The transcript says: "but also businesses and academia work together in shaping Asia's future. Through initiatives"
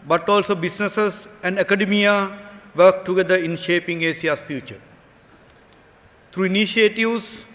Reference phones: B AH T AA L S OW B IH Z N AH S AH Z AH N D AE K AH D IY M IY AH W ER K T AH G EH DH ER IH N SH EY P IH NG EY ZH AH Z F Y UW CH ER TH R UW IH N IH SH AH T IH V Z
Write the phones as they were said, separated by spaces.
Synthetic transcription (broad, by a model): B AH T AA L S OW B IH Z N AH S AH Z AH N D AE K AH D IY M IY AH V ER K T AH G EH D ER IH N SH EY P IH NG EY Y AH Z F Y UW CH ER T R UW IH N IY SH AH T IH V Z